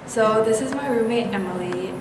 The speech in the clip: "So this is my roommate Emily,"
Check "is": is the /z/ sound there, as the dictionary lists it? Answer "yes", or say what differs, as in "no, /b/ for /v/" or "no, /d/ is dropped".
yes